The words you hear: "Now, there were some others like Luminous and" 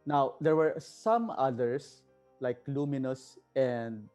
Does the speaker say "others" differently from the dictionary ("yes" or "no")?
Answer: yes